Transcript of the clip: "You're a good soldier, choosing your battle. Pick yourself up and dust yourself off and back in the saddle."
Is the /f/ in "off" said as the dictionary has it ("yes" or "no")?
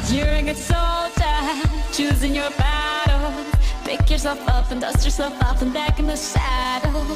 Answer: no